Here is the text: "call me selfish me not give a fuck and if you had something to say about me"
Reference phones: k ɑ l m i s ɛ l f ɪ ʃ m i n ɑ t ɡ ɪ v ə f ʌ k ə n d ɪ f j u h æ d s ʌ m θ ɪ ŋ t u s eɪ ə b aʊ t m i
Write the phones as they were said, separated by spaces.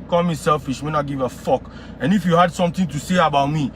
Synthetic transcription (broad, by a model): k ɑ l m i s ɛ l f ɪ ʃ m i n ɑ ɡ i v ə f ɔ k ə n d ɪ f j u h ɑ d s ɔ m t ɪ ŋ t u s eɪ ə b aʊ t m i